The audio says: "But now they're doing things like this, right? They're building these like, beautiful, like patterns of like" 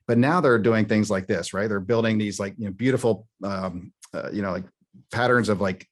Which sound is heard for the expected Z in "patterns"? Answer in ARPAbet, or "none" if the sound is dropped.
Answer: Z